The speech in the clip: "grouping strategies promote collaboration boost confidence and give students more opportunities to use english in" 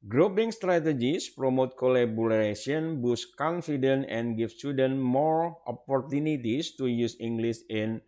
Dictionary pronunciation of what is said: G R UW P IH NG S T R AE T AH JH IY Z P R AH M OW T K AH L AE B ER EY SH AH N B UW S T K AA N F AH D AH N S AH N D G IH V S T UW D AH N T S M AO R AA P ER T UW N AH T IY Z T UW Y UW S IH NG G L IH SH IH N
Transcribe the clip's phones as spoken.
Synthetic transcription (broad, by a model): G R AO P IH NG S T R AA T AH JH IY S P R AH M OW T K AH L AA B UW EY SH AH N B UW S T K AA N F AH D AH N AH N G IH F S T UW D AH N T M AO R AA P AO T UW N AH T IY S T UW Y UW S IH NG G L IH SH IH N